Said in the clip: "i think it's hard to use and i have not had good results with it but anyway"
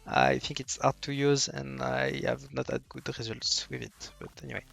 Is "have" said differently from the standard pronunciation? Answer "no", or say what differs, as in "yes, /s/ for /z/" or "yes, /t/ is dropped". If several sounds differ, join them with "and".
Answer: no